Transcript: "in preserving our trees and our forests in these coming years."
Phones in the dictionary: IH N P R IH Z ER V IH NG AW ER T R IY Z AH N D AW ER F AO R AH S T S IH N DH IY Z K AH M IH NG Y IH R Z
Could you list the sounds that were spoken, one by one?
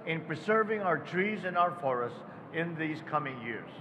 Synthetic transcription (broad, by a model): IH N P R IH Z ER V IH NG AW ER T R IY Z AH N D AW ER F AO R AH S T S IH N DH IY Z K AH M IH NG Y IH R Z